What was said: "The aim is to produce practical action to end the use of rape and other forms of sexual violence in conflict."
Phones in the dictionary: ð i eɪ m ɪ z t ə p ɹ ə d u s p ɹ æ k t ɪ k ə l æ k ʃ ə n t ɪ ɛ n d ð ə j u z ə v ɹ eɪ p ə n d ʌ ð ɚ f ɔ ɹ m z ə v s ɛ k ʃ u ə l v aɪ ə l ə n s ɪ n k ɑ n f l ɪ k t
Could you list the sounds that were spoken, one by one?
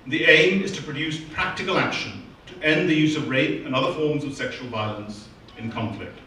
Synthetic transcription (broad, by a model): ð i eɪ m ɪ z t ə p ɹ ə d u s p ɹ æ k t ɪ k ə l æ k ʃ ə n t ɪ ɛ n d ð ə j u z ə v ɹ eɪ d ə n ʌ ð ɚ f ɔ ɹ m z ə v s ɛ k ʃ u ə l v aɪ ə l ə n s ɪ n k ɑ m f l ɪ k t